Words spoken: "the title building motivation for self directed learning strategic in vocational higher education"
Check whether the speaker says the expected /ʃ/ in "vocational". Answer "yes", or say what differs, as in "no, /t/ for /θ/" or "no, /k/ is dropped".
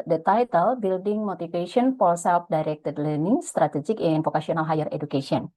no, /s/ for /ʃ/